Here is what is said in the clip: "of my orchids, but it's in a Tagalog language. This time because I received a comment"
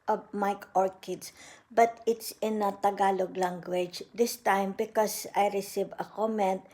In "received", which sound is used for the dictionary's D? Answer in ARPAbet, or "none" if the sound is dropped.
none